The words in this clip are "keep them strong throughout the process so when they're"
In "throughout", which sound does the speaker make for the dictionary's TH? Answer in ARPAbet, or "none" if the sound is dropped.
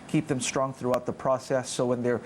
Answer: TH